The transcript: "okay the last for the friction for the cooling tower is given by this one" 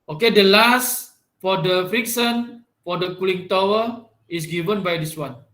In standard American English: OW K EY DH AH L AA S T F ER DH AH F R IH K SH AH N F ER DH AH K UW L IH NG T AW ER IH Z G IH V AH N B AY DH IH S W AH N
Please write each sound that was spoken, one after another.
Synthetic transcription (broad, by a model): OW K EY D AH L AA S T F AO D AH F R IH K S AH N F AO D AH K UW L IH NG T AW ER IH S G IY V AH N B AY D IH S W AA N